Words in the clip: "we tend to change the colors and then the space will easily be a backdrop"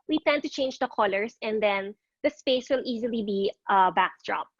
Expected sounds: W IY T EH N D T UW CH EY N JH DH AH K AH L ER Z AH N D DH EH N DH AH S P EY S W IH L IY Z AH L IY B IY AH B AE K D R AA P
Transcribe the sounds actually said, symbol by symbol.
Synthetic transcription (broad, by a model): W IY T EH N D T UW CH EY N JH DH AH K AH L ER S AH N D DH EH N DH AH S P EY S W IH L IY Z AH L IY B IY AH B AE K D R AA P